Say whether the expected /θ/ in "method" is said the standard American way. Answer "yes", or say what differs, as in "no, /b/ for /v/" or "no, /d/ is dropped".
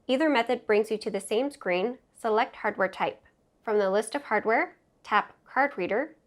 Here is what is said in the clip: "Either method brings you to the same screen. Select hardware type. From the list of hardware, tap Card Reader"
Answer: yes